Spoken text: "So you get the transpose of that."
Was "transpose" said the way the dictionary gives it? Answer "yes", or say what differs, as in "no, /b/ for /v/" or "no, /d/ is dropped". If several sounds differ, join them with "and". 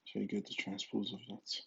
yes